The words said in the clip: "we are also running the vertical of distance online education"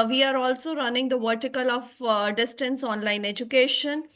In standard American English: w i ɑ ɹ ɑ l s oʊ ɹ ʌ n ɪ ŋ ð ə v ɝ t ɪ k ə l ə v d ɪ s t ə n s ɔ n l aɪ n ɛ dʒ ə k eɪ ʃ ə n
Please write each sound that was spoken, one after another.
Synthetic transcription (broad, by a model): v i ɑ ɹ ɑ l s oʊ ɹ ʌ n ɪ ŋ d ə v ɝ t ɪ k ə l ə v d ɪ s t ə n s ɔ n l aɪ n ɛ dʒ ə k eɪ ʃ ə n